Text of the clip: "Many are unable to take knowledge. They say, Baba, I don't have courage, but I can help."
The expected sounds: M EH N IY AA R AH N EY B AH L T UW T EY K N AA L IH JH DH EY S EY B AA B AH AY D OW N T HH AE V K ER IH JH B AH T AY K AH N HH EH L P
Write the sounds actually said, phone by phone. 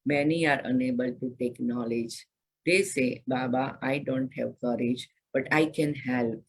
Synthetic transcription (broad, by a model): M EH N IY AA R AH N EY B AH L T UW T EY K N AA L IH JH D EY S EY B AA B AH AY D OW N T HH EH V K ER IH JH B AH T AY K AH N HH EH L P